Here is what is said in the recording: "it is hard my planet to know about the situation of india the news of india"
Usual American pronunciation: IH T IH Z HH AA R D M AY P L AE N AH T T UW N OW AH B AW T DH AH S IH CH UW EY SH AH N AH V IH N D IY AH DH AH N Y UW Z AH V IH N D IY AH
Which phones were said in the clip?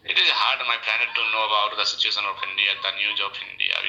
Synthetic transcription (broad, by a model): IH T IH Z HH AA R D M AY P L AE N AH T T UW N OW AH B AW T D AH S IH CH UW EY SH AH N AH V IH N D IY AH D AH N Y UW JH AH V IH N D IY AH